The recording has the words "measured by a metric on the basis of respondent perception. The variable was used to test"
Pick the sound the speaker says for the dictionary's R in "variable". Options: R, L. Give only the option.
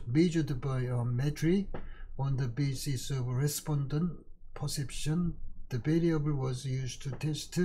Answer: L